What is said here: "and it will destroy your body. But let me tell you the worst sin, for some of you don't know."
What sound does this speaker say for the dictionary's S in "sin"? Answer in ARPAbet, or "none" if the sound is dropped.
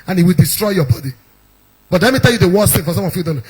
TH